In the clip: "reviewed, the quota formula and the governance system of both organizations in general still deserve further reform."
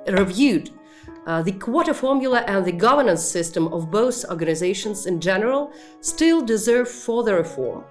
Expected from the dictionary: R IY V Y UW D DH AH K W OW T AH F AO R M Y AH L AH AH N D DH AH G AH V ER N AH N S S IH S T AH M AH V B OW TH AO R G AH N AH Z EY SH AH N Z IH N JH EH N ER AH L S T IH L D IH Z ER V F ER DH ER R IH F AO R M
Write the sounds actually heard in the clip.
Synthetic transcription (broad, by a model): R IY V Y UW D DH AH K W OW T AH F AO R M Y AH L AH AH N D DH AH G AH V ER N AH N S S IH S T AH M AH V B OW TH AO R G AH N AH Z EY SH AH N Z IH N JH EH N ER AH L S T IH L D IH Z ER V F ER DH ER R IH F AO R M